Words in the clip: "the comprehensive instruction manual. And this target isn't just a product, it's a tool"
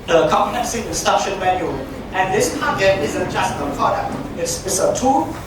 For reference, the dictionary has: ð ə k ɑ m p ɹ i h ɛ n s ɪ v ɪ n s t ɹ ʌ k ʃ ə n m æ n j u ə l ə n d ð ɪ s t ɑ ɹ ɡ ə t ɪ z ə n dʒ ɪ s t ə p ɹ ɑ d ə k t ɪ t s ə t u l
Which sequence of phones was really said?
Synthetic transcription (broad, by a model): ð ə k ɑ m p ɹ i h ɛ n s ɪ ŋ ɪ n s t ʌ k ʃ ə n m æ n j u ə n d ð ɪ s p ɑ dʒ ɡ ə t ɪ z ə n dʒ ɪ s t ə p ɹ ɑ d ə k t ɪ t s ə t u